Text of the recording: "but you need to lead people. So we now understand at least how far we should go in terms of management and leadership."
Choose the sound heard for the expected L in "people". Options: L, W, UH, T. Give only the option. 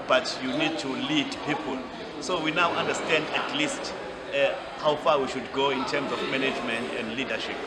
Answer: L